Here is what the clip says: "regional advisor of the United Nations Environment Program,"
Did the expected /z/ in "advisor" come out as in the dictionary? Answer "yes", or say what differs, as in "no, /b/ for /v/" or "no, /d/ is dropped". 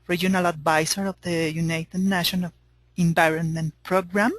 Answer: no, /s/ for /z/